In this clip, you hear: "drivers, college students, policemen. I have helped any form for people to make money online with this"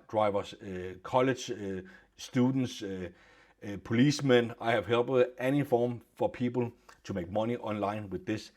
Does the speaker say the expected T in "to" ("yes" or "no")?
no